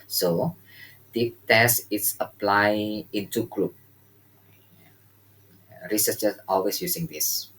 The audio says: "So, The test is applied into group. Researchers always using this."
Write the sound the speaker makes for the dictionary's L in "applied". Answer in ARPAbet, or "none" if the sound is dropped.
L